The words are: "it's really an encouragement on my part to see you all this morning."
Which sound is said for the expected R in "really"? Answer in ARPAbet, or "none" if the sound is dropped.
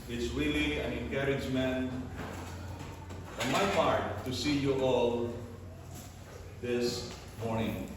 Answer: W